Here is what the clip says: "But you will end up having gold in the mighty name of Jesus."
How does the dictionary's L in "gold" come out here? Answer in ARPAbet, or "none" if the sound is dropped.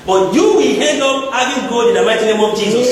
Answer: none